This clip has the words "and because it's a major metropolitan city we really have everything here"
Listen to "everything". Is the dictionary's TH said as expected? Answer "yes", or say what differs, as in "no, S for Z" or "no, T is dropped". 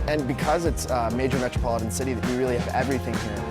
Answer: yes